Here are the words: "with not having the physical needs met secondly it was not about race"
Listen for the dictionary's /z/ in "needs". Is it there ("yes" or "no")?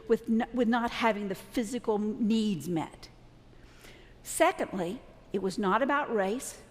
yes